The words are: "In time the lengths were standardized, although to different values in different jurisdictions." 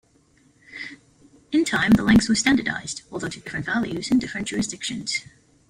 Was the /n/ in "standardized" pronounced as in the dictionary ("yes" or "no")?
yes